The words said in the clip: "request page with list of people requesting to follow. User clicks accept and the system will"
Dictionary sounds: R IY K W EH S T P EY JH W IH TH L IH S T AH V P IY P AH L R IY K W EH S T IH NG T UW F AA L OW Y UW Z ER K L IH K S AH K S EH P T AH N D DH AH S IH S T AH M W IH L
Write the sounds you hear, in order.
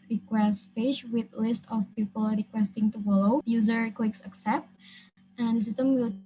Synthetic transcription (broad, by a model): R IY K W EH S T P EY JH W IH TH L IH S T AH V P IY P AH L R IY K W EH S T IH NG T UW F AA L OW Y UW Z ER K L IH K S AH K S EH P T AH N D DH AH S IH S T AH M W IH L